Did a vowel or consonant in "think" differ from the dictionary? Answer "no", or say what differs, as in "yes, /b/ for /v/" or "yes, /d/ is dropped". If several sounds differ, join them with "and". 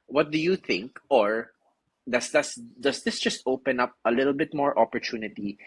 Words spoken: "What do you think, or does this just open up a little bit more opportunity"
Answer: no